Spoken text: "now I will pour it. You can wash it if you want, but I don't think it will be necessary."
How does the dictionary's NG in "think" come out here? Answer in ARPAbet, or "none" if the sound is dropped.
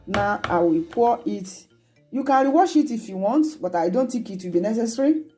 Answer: none